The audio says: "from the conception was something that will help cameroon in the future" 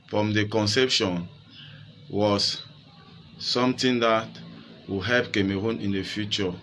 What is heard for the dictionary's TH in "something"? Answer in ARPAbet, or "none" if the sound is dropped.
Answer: T